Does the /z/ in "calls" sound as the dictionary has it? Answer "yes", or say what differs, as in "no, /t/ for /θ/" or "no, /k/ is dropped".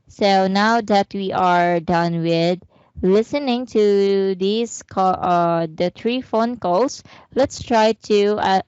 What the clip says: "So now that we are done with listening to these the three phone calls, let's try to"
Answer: no, /s/ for /z/